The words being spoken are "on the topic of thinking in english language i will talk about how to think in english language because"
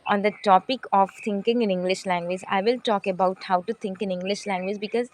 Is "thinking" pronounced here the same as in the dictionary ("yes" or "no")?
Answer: no